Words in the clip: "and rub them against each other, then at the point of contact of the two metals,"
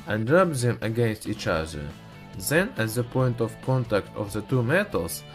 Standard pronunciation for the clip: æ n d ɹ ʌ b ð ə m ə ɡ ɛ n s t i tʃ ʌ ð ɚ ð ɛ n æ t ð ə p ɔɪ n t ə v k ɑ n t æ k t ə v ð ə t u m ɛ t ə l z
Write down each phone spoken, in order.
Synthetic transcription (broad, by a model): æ n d ɹ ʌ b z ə m ə ɡ ɛ n s t i tʃ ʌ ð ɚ ð ɛ n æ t ð ə p ɔɪ n t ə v k ɑ n t æ k t ə v ð ə t u m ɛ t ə l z